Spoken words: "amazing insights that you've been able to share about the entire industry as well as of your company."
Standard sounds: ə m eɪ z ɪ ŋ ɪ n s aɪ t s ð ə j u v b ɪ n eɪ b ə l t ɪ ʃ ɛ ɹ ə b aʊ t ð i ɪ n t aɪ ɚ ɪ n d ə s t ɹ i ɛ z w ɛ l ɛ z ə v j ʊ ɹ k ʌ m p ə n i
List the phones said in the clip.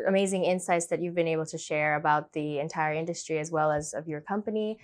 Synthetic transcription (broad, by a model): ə m eɪ z ɪ ŋ ɪ n s aɪ t s ð ə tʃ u v b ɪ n eɪ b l t ɪ ʃ ɛ ɹ ə b aʊ t ð i ɪ n t aɪ ɚ ɪ n d ə s t ɹ i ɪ z w ɛ l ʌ z ə v j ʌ ɹ k ʌ m p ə n i